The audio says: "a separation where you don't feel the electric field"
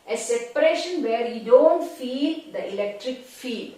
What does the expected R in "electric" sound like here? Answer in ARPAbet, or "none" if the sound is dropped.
R